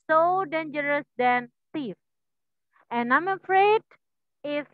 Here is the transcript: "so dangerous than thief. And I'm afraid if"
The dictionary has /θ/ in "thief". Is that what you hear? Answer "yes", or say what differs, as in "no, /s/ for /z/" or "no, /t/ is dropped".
no, /t/ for /θ/